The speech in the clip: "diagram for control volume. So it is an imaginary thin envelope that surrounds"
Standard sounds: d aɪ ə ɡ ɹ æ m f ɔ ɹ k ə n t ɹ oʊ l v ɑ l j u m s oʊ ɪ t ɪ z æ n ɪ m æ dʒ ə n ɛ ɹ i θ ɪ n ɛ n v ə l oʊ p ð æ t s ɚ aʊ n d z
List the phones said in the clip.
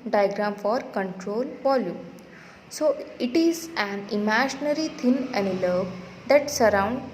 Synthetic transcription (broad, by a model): d aɪ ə ɡ ɹ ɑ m f ɔ ɹ k ə n t ɹ oʊ l v ɑ l j u m s oʊ ɪ t ɪ z æ n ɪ m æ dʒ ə n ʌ ɹ i t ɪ n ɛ n ə l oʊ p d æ t s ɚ aʊ n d